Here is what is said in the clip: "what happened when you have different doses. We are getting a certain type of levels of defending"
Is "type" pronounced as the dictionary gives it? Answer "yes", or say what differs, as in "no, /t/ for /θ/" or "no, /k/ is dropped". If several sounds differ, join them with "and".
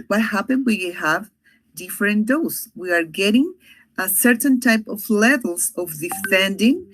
yes